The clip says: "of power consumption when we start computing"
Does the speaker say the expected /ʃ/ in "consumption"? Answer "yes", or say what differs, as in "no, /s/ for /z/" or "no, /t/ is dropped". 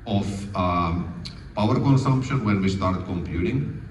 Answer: yes